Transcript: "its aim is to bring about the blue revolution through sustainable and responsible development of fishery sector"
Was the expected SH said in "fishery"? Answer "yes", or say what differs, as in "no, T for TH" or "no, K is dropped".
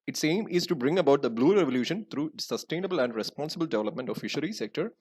yes